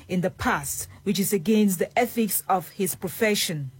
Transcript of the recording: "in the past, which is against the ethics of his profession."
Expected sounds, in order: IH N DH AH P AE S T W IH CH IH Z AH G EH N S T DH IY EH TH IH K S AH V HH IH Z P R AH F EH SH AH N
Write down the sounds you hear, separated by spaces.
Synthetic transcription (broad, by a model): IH N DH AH P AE S T W IH CH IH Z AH G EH N S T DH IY EH TH IH K S AH V HH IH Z P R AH F EH SH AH N